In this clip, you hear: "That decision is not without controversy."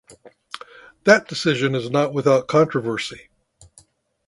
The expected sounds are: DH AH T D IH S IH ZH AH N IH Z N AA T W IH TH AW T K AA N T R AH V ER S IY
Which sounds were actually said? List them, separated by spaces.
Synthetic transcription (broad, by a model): DH AH T D IH S IH ZH AH N IH Z N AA T W IH TH AW T K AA N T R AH V ER S IY